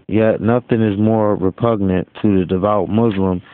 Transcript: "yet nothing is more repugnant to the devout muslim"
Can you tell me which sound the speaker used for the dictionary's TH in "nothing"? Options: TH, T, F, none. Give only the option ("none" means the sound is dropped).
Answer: TH